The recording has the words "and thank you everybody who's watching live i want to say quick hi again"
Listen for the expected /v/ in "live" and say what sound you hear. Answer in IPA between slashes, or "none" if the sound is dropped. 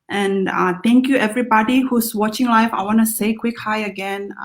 /f/